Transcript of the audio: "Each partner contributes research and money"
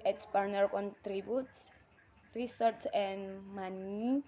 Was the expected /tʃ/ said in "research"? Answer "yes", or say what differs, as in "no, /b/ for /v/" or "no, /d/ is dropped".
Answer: no, /s/ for /tʃ/